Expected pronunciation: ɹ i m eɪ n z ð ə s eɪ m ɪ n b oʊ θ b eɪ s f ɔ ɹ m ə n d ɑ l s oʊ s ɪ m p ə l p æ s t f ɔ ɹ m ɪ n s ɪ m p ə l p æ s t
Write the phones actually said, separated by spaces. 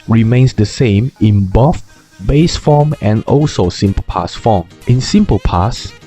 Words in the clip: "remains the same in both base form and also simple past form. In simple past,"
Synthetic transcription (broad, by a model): ɹ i m eɪ n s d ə s eɪ m ɪ n b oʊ f b eɪ s f ɔ m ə n ɑ l s oʊ s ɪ m p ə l p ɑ s f ɔ m ɪ n s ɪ m p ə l p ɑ s